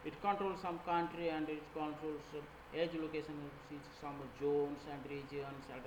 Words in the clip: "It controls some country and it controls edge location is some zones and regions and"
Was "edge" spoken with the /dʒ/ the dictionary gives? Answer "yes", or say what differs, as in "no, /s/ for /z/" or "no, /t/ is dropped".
yes